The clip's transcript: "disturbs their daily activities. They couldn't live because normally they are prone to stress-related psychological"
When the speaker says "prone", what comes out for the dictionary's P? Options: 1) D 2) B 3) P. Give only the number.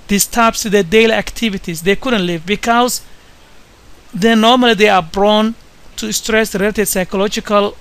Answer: 2